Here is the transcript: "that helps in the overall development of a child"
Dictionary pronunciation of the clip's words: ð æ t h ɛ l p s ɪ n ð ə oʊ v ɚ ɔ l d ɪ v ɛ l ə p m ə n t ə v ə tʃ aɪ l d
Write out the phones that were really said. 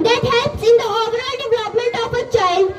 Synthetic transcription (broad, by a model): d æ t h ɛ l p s ɪ n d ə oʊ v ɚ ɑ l d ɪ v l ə p m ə n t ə p ə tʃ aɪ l